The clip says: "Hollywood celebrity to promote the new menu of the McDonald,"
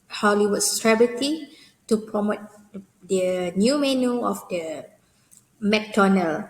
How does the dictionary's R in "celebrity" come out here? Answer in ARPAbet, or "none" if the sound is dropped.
none